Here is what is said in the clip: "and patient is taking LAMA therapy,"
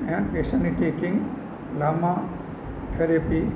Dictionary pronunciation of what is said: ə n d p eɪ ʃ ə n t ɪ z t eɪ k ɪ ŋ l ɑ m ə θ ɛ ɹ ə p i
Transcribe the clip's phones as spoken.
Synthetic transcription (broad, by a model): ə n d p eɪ s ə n ɪ t eɪ k ɪ ŋ l ɑ m ə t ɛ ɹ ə p i